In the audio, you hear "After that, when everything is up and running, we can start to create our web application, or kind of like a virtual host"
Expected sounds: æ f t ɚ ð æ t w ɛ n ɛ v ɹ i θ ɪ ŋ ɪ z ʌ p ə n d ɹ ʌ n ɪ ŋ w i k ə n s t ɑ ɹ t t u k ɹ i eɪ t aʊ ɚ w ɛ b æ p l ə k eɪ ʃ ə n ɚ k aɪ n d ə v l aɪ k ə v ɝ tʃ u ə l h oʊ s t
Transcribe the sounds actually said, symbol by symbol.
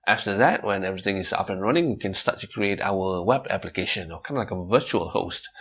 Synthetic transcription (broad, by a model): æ f t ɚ ð æ t w ɛ n ɛ v ɹ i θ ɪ ŋ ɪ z ʌ p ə n ɹ ʌ n ɪ ŋ w i k ə n s t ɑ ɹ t t u k ɹ i eɪ t aʊ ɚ w ɛ b æ p l ə k eɪ ʃ ə n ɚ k aɪ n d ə l aɪ k ə v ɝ tʃ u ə l h oʊ s t